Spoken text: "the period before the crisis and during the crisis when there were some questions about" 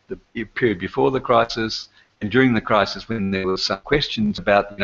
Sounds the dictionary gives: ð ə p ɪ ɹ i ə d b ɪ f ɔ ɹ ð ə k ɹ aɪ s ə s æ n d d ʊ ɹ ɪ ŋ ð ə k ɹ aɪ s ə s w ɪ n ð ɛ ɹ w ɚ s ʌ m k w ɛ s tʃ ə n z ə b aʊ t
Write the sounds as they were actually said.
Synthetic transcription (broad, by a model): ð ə p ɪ ɹ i d b ɪ f ɔ ɹ ð ə k ɹ aɪ s ə s n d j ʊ ɹ ɪ ŋ ð ə k ɹ aɪ s ə s w ɪ n ð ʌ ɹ w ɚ s ʌ m k w ɛ s tʃ ə n z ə b aʊ t